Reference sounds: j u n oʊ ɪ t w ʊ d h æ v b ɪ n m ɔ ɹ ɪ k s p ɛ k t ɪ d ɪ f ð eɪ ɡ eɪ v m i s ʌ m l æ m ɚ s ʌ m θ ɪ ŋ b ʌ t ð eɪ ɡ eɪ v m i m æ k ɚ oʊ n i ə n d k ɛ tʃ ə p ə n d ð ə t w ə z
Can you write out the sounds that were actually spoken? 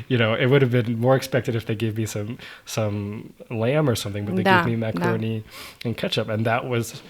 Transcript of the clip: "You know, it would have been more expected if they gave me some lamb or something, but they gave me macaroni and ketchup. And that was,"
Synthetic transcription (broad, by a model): j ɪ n oʊ ɪ t w ʊ d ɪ v b ɪ n m ɔ ɹ ɪ k s p ɛ k t ɪ d ɪ f ð eɪ ɡ eɪ v m i s ʌ m l æ m ɚ s ʌ m θ ɪ ŋ b ʌ t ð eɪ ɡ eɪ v m i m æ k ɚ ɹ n i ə n k ɛ tʃ ə p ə n ð ə t w ə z